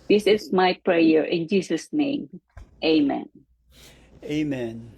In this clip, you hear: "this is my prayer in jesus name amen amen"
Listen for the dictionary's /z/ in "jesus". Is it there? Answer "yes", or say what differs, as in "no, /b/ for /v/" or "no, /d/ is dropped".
no, /s/ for /z/